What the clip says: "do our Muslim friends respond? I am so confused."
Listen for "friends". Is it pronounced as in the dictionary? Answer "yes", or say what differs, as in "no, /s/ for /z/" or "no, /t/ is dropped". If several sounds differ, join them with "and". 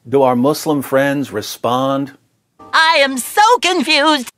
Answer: yes